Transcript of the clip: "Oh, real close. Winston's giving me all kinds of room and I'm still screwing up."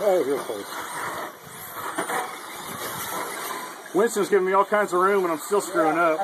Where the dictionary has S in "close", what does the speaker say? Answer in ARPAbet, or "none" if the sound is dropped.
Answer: none